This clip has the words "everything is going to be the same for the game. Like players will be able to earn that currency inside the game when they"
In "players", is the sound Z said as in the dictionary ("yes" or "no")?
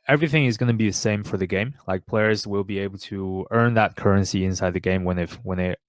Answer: yes